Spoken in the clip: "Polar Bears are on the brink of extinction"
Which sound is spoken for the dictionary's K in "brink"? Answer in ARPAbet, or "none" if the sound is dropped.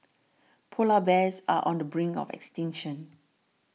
none